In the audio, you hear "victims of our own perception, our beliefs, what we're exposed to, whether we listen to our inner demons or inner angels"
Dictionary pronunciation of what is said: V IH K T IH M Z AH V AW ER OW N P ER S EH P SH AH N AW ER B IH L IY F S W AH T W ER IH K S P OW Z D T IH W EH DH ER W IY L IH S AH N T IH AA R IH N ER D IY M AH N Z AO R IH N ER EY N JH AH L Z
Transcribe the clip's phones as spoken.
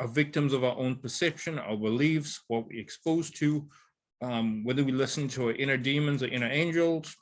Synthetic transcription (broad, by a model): V IH K T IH M Z AH V AW ER OW N P ER S EH P SH AH N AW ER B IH L IY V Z W AH T W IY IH K S P OW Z T IH W EH DH ER W IY L IH S N T IH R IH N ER D IY M AH N Z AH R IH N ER EY N JH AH L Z